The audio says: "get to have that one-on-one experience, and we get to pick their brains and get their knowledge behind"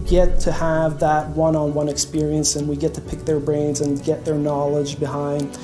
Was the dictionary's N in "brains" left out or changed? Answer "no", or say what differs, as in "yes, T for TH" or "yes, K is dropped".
no